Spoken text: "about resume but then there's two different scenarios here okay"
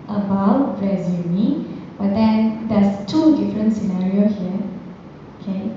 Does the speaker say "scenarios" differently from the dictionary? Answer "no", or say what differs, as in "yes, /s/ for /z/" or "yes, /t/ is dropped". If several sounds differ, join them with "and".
yes, /z/ is dropped